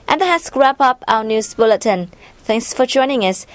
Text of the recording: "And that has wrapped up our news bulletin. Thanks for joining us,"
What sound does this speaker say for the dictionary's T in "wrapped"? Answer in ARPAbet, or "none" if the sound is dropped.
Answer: none